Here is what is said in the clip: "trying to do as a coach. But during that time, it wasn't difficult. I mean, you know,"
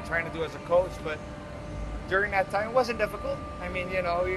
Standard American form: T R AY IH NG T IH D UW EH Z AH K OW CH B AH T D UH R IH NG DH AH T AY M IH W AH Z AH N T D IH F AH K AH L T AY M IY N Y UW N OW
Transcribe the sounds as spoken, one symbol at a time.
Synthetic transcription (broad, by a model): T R AY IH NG T IH D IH Z AH K OW CH B AH T D UH R IH NG DH AH T AY M W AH Z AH N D IH F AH K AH L T AY M IY N Y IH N OW